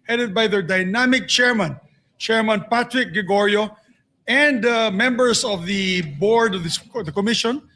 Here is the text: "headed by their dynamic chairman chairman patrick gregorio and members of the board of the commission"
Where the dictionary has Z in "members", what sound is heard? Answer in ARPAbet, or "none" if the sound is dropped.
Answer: S